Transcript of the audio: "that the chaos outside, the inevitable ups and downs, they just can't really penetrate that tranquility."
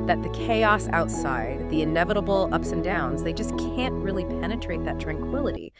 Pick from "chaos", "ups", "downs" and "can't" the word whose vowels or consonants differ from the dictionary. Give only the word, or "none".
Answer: none